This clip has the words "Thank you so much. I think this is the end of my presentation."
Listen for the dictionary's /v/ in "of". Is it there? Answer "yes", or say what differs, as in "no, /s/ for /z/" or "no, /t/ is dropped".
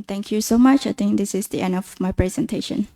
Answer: no, /f/ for /v/